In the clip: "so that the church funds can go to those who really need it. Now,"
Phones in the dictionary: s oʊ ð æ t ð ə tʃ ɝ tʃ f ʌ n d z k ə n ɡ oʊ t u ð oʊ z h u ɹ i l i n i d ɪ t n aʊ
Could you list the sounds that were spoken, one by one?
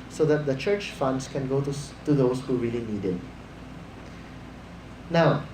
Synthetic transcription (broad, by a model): s oʊ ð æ t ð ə tʃ ɝ tʃ f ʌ n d s k ə n ɡ oʊ t u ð oʊ s h u ɹ i l i n i d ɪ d n aʊ